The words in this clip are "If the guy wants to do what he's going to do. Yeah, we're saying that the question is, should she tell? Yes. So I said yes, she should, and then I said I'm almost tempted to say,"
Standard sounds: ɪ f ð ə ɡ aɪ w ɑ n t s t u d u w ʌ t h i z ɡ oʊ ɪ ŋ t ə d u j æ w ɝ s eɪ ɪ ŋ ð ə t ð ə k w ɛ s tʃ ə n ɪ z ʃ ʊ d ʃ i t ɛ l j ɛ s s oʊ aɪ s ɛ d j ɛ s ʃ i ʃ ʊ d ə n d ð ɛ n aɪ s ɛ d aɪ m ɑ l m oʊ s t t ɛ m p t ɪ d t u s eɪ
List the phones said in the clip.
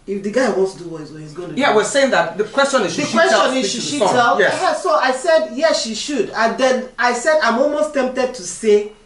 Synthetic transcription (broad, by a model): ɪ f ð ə ɡ aɪ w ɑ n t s t u d u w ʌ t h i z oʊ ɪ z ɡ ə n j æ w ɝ s eɪ ɪ ŋ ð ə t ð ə k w ɛ s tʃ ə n ɪ z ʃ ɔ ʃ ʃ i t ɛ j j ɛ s s oʊ aɪ s ɛ d j ɛ s ʃ i ʃ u d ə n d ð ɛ n aɪ s ɛ d aɪ m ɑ l m oʊ s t t ɛ m p t ɪ d t u s eɪ